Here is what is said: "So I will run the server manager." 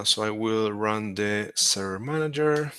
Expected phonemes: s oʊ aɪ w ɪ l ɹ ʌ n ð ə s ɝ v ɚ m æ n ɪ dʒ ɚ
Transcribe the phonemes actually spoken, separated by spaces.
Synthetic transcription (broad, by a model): s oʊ aɪ w ɪ l ɹ ʌ n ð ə s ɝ ɚ m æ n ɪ dʒ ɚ